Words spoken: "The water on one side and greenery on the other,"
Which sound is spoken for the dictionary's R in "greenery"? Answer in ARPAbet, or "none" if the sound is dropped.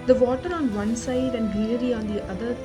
L